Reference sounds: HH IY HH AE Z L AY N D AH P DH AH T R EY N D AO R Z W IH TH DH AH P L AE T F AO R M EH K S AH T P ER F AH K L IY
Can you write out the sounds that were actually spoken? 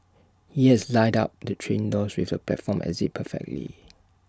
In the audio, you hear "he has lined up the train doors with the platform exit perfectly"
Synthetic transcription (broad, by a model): HH IY HH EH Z L AY D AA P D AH T R EY N D AO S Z W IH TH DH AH P L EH T F AO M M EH S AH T P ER F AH K L IY